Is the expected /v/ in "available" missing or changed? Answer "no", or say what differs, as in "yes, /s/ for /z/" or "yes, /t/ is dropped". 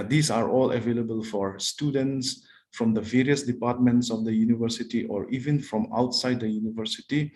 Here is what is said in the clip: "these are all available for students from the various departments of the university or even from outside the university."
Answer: no